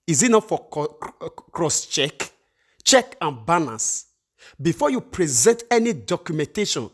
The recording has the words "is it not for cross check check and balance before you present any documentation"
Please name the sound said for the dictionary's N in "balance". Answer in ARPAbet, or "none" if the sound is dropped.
none